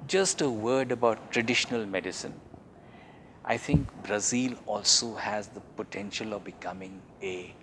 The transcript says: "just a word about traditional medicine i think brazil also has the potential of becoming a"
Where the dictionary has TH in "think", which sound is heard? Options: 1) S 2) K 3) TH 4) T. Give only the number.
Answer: 4